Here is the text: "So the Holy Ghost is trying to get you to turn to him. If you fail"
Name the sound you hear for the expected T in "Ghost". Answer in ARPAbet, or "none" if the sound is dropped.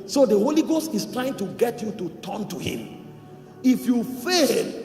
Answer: T